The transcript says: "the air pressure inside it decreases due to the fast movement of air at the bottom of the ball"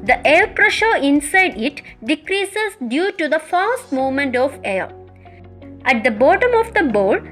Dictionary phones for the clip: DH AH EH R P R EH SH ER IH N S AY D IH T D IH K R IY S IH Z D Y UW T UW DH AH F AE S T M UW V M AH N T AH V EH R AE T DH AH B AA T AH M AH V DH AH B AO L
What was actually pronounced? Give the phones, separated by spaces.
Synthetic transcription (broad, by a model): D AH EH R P R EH SH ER IH N S AY D IH T D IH K R IY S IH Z D Y UW T UW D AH F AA S T M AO M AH N T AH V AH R AE T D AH B AA T AH M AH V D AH B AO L